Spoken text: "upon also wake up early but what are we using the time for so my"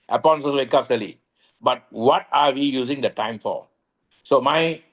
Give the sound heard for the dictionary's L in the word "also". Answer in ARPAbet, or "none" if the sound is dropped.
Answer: none